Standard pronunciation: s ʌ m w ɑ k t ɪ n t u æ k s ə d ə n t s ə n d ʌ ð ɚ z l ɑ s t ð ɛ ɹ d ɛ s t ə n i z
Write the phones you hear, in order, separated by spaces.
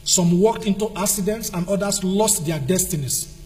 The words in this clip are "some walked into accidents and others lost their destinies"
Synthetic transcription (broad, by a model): s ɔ m w ɑ k t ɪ n t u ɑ k s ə d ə n t s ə n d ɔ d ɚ s l ɑ s t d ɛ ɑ d ɛ s t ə n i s